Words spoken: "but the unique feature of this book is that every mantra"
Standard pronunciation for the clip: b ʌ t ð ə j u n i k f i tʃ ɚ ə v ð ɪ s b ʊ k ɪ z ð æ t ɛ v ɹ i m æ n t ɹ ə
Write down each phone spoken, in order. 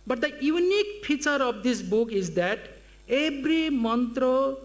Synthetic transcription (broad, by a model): b ʌ t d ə j u n i k p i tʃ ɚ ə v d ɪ s b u k ɪ z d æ t ɛ b ɹ i m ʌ n t ɹ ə